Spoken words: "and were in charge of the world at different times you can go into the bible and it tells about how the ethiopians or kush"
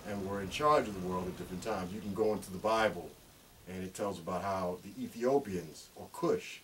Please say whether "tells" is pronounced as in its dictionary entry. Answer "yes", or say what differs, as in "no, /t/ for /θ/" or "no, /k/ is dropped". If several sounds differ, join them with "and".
yes